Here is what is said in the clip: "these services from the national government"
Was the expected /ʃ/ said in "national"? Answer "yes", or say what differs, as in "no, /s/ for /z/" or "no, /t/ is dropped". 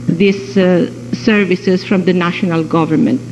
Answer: yes